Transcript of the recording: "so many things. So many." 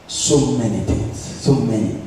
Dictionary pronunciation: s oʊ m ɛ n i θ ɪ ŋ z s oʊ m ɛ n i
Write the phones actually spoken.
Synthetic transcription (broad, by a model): s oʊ m ɛ n i t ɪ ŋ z s oʊ m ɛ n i